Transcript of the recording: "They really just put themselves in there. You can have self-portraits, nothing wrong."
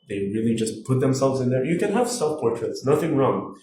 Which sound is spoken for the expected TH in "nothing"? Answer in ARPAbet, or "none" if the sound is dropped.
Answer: TH